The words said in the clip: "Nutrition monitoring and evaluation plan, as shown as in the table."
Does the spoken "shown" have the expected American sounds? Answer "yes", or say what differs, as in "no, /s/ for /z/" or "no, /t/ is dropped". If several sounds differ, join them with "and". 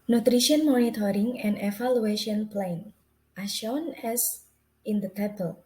yes